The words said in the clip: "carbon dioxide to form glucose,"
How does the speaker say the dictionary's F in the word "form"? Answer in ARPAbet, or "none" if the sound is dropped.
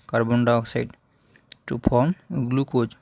P